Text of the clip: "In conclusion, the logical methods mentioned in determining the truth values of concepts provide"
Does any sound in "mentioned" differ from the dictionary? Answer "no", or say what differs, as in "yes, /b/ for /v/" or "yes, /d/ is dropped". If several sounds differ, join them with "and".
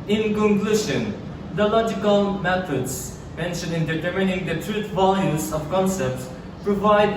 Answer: yes, /d/ is dropped